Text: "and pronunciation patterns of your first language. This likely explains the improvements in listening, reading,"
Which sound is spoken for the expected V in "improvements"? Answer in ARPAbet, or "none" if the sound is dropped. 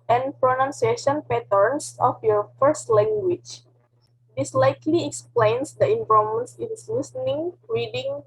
none